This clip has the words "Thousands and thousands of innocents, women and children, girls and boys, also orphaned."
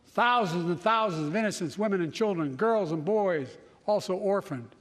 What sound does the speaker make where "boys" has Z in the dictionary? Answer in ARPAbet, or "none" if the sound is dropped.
Z